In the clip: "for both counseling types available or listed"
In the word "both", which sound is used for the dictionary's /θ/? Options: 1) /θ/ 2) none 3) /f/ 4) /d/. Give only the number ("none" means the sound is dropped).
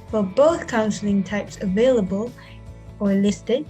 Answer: 1